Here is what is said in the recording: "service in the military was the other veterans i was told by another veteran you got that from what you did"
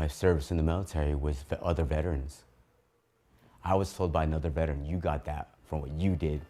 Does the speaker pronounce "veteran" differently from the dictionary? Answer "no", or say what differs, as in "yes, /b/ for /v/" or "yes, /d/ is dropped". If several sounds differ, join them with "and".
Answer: no